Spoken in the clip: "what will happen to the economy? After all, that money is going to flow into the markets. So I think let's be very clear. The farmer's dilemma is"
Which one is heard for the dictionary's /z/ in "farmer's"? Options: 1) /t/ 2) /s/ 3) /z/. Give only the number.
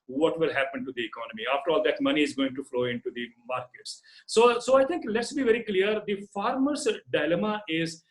2